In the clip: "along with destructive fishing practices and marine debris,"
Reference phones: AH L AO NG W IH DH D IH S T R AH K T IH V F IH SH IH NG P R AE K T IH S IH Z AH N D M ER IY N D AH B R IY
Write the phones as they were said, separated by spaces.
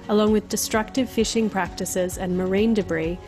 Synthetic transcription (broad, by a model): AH L AO NG W IH DH D IH S T R AH K T IH V F IH SH IH NG P R AE K T IH S IH Z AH N M ER IY N D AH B R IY